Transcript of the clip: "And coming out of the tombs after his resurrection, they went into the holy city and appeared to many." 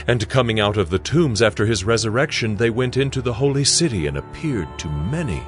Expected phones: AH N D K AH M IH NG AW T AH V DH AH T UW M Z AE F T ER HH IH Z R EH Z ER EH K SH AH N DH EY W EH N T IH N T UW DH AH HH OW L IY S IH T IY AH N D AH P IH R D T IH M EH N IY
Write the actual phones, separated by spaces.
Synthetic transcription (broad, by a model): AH N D K AH M IH NG AW T AH V DH AH T UW M Z AE F T ER IH Z R EH Z ER EH K SH AH N DH EY W EH N T IH N T UW DH AH HH OW L IY S IH T IY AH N AH P IH R D T IH M EH N IY